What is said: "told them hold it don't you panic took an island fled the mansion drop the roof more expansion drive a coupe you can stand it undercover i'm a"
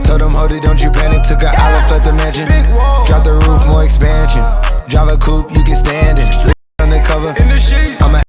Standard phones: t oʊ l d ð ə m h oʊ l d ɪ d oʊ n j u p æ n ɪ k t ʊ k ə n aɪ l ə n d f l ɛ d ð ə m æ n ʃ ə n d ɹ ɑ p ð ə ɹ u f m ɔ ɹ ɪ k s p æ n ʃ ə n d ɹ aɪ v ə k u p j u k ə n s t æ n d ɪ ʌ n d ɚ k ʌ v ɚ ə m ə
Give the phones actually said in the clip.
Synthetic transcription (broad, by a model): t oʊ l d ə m h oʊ d ɪ d oʊ n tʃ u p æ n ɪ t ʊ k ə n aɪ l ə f ɛ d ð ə m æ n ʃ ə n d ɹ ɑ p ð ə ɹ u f m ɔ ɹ ɪ k s p æ n ʃ ə n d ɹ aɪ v ə k u p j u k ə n s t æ n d ɪ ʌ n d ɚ k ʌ v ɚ ə m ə